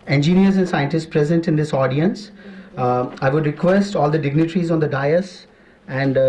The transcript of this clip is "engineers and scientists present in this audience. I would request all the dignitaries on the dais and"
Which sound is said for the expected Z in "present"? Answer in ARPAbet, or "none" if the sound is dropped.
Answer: Z